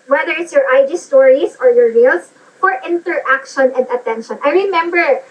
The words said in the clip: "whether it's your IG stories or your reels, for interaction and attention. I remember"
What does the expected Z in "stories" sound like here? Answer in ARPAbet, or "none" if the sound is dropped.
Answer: S